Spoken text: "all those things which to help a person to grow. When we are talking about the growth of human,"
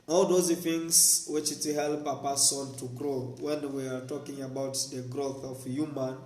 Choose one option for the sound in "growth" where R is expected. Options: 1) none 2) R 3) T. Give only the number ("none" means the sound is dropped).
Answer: 2